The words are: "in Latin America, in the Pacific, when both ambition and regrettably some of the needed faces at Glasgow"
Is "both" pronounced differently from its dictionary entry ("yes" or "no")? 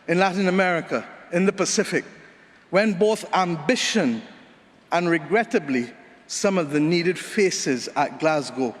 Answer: no